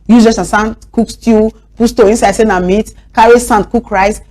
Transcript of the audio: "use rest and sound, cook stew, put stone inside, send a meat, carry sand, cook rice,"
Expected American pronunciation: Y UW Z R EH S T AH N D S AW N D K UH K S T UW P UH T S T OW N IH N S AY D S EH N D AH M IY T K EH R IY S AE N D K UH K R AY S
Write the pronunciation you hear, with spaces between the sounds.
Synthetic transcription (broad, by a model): Y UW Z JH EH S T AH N S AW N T K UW K S T UW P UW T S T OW IH N S AY D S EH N AH M IY T K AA R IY S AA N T K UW K R AY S